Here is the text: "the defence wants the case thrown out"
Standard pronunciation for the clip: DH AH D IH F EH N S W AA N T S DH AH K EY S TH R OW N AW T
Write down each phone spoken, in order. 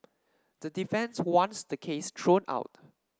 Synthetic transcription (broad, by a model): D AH D IH F EH N S W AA N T S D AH K EY S T R OW N AW T